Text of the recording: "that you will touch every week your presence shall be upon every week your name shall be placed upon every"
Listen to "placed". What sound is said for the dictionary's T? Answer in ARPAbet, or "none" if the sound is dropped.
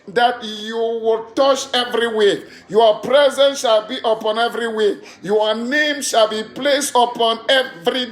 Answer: T